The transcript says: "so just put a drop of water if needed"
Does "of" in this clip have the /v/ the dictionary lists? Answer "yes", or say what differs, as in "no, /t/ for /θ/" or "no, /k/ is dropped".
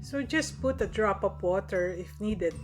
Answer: no, /p/ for /v/